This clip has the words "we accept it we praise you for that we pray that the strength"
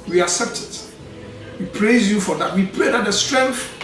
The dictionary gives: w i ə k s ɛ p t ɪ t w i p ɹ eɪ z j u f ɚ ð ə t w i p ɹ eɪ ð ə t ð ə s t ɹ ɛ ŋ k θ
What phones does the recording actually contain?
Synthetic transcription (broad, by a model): w i ə k s ɛ p t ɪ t w i p ɹ eɪ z j u f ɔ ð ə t w i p l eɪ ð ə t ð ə s t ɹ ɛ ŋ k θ